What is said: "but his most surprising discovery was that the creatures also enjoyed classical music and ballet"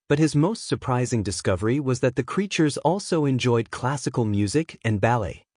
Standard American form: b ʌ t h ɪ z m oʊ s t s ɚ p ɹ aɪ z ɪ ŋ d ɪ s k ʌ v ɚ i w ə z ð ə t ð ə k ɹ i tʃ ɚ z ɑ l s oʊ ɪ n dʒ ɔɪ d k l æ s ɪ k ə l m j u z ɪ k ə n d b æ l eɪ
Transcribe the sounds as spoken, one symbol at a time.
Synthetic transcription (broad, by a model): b ʌ t h ɪ z m oʊ s t s ɚ p ɹ aɪ z ɪ ŋ d ɪ s k ʌ v ɚ i w ə z ð ə t ð ə k ɹ i tʃ ɚ z ɑ l s oʊ ɪ n dʒ ɔɪ d k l æ s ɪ k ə l m j u z ɪ k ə n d b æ l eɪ